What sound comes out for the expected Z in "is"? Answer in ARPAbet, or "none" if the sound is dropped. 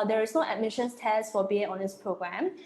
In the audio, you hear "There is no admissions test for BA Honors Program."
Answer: S